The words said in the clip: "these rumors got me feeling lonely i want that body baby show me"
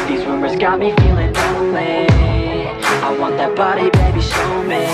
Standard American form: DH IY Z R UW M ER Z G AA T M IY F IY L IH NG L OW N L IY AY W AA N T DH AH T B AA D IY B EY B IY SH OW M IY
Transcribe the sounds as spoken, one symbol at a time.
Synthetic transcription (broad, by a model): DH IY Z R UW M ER Z G AA T M IY F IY L IH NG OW L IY AY W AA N DH AH T B AA D IY B EY B IY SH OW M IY